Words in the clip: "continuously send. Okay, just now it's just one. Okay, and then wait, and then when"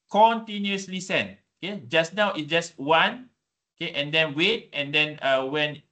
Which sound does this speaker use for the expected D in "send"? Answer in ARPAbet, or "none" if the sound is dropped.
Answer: none